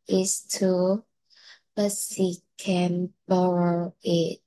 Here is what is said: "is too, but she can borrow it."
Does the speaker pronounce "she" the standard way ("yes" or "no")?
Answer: no